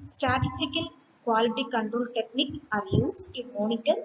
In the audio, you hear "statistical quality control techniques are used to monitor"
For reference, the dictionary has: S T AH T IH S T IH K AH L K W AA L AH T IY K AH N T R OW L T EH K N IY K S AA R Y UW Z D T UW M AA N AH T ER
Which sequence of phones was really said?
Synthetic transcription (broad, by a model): S T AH T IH S T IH K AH L K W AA L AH T IY K AH N T R OW L T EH K N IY K AA R Y UW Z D T UW M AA N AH T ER